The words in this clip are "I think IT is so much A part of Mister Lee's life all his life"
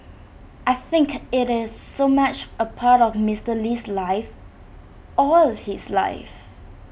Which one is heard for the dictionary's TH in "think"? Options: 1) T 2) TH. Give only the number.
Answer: 2